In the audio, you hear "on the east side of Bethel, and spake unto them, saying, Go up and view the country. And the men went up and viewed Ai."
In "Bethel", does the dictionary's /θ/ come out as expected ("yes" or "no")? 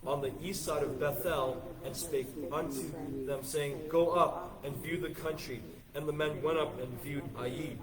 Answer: yes